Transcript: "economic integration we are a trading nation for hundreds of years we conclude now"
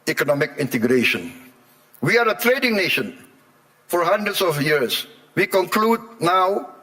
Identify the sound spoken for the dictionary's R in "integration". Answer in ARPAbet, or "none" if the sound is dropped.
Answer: R